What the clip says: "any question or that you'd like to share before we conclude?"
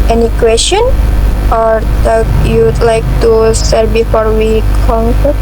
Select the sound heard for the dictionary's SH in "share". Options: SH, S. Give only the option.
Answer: S